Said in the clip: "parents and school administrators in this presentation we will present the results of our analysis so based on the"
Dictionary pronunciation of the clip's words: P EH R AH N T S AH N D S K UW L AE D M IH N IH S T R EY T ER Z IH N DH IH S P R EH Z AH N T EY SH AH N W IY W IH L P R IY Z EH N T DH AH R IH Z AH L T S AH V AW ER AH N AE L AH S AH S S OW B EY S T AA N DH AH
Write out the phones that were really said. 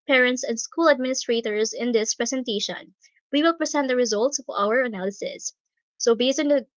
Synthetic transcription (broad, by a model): P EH R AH N T S AH N D S K UW L AE D M IH N IH S T R EY T ER Z IH N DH IH S P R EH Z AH N T EY SH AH N W IY W IH L P R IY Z EH N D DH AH R IH Z AH L T S AH V AW ER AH N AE L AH S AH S S OW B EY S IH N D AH